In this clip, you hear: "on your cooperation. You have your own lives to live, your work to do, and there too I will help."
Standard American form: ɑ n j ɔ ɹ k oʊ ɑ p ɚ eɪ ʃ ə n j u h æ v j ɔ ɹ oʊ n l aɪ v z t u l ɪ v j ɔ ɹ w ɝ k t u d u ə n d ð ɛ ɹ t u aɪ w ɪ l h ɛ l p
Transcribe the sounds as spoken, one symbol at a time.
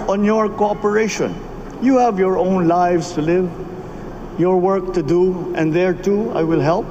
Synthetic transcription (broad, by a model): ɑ n j ɔ ɹ k oʊ ɑ p ɚ eɪ ʃ ə n j u h æ v j ɔ ɹ oʊ n l aɪ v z t u l ɪ v j ɔ ɹ w ɝ k t u d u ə n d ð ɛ ɹ t u aɪ w ɪ l h ɛ l p